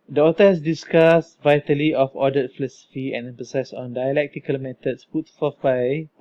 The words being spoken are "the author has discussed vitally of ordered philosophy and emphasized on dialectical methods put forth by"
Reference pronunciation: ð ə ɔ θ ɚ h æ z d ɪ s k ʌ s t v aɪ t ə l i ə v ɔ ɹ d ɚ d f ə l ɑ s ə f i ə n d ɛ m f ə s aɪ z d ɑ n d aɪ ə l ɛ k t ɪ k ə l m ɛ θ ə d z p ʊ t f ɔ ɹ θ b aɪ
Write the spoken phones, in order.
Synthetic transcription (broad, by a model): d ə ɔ t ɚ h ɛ s d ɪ s k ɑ s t v aɪ t ə l i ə f ɔ d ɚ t f ə l ɑ s ə f i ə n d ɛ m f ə s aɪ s ɑ n d aɪ ə l ɛ k t ɪ k ə l m ɛ t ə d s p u t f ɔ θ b aɪ